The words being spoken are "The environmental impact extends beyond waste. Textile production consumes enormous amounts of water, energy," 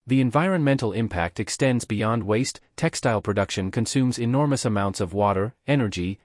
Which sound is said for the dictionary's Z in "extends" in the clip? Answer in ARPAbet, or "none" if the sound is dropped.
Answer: Z